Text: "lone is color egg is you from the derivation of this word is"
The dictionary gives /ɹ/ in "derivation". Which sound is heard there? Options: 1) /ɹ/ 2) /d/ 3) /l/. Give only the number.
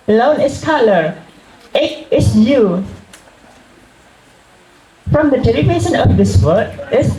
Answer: 3